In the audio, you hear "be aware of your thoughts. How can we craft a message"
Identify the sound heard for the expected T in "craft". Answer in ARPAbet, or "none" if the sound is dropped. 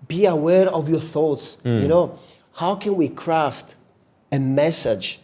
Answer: T